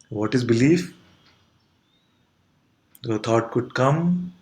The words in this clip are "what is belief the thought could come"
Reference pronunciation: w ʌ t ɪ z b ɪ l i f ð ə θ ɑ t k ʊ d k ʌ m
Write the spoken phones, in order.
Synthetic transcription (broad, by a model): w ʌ t ɪ z b ɪ l i f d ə t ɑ t k ʊ d k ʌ m